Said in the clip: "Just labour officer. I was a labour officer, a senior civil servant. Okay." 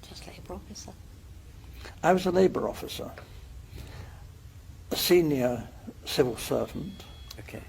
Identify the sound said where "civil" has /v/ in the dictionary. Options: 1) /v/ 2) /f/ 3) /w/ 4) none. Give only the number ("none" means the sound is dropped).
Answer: 1